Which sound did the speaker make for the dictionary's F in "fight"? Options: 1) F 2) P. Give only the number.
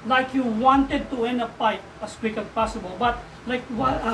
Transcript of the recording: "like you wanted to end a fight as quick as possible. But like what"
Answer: 2